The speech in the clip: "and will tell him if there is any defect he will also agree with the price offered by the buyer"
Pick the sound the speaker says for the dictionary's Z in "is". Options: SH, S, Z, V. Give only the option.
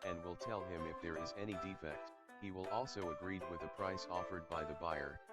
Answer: Z